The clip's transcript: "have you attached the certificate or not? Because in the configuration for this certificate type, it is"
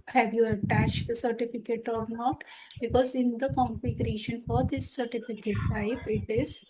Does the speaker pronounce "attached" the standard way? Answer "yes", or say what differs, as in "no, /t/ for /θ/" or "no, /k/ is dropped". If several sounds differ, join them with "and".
yes